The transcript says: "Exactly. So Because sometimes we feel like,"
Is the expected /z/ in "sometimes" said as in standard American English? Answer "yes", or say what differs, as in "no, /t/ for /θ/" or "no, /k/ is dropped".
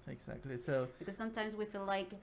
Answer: yes